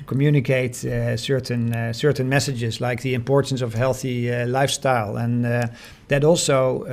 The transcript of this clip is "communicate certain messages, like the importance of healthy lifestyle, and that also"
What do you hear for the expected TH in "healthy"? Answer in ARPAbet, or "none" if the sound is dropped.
TH